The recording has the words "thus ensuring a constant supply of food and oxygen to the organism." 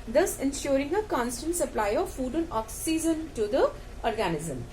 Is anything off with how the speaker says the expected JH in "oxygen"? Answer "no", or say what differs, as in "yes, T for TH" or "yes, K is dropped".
yes, Z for JH